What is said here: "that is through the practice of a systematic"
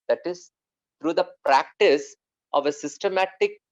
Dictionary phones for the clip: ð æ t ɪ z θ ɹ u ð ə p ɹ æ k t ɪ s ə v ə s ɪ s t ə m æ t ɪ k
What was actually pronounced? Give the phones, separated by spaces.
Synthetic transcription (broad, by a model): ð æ t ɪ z t ɹ u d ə p ɹ æ k t ɪ s ə v ə s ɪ s t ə m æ t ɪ k